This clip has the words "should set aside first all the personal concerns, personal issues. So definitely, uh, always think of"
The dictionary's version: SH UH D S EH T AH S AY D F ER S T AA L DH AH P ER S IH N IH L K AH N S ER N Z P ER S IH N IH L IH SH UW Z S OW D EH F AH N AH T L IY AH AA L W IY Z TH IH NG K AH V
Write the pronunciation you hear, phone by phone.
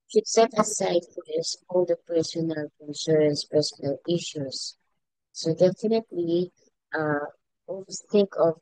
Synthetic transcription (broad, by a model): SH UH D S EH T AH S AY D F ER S AA L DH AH P ER S IH N IH L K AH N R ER N S P ER S IH N IH L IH SH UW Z S OW D EH F AH N AH T L IY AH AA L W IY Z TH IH NG K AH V